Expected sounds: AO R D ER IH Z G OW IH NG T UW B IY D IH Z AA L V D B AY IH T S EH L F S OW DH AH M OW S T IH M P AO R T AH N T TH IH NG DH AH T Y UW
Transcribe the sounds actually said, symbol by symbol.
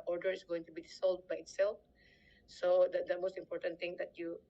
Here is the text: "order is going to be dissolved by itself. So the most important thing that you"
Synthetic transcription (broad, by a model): AO R D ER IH S G OW IH NG T UW B IY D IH S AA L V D B AY IH T S EH L F S OW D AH M OW S T IH M P AO R T AH N T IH NG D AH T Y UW